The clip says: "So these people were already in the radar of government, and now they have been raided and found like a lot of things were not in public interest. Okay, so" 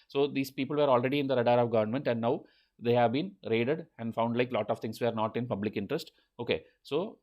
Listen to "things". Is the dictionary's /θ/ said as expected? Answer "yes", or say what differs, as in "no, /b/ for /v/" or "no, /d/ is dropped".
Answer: no, /t/ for /θ/